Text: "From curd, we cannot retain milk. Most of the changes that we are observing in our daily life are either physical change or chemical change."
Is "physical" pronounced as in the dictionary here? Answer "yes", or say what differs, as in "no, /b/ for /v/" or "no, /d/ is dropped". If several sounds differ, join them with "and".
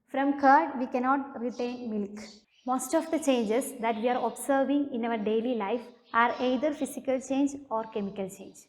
no, /s/ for /z/